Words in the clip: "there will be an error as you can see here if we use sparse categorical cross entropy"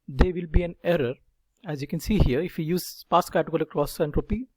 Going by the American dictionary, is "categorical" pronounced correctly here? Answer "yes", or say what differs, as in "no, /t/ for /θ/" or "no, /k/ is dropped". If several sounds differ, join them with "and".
no, /l/ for /ɹ/